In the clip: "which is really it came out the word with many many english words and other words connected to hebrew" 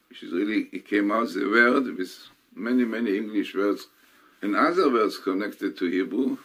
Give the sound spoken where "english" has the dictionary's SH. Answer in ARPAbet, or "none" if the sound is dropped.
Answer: SH